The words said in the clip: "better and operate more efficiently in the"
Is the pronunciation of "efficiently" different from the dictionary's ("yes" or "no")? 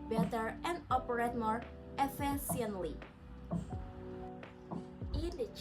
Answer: yes